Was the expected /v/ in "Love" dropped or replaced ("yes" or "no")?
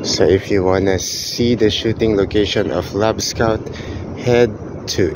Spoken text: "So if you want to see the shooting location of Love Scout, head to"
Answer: yes